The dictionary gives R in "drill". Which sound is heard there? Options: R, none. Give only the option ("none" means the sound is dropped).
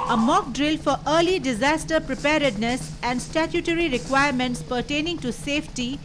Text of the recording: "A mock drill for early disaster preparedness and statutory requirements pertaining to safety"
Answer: R